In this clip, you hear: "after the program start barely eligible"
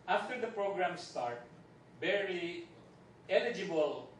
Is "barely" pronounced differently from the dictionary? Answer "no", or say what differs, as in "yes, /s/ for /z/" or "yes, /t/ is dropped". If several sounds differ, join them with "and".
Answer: yes, /l/ is dropped